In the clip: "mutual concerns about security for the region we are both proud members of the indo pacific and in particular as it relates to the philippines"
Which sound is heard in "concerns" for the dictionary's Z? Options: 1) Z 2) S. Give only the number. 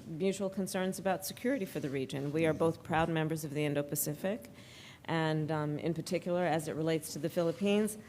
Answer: 1